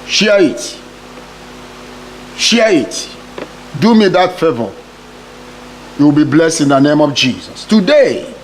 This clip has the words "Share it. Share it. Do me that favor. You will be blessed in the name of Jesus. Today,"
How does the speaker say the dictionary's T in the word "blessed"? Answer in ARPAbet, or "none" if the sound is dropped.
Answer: T